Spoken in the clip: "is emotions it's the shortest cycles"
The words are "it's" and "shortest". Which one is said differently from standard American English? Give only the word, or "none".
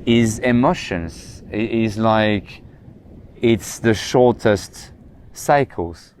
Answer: none